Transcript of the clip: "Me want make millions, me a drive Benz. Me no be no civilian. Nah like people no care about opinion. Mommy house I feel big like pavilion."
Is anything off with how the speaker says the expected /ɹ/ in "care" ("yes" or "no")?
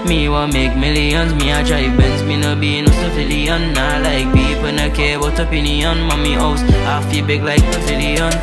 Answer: yes